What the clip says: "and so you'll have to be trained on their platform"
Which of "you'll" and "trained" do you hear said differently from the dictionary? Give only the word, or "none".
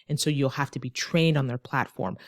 none